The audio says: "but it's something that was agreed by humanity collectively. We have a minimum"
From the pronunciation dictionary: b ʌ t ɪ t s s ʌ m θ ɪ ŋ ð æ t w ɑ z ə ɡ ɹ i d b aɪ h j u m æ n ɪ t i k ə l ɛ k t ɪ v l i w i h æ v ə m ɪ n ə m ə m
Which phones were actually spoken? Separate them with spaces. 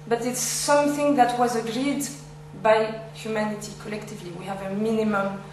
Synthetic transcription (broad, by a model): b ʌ t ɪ t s s ʌ m θ ɪ ŋ ð æ t w ɑ z ə ɡ ɹ i d b aɪ h j u m æ n ɪ t i k ə l ɛ k t ɪ v l i w i h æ v ə m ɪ n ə m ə m